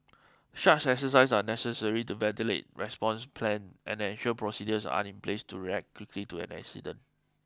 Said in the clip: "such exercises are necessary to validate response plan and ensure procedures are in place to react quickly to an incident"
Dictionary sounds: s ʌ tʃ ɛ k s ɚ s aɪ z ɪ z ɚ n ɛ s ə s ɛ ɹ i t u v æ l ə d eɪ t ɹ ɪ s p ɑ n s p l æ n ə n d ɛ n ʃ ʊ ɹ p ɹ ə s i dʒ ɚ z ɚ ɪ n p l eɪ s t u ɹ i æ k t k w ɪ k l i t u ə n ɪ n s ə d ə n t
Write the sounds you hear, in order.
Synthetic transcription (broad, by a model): ʃ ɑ s ɛ k s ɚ s aɪ s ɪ n ɛ s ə s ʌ ɹ i t u v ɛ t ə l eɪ t ɹ ɪ s p ɑ n s p l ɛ n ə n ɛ n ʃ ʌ l p ɹ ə s i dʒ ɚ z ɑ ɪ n p l eɪ s t u ɹ i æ k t k w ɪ k l i t u ə n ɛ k s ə d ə n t